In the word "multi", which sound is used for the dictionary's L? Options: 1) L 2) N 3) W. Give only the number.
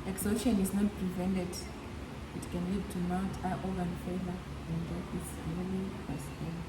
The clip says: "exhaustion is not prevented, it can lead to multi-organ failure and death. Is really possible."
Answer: 2